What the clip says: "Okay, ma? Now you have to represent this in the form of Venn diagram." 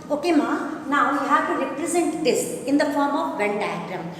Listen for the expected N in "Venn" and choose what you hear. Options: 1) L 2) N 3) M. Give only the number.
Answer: 1